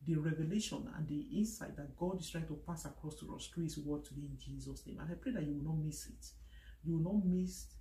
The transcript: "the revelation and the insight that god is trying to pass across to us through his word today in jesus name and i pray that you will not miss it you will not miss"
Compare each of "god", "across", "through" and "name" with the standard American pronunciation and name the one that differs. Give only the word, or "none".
through